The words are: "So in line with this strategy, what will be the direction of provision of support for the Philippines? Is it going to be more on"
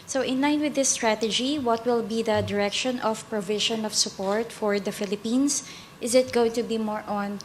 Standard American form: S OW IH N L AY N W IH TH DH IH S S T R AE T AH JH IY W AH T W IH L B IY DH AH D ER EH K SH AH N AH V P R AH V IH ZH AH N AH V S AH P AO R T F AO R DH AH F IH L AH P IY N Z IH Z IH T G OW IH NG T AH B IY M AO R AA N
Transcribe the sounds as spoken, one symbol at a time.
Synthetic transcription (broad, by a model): S OW IH N L AY N W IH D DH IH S S T R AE T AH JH IY W AH T W IH L B IY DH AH D ER EH K SH AH N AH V P R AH V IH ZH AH N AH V S AH P AO R T F AO R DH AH F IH L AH P IY N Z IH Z IH T G OW IH NG T AH B IY M AO R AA N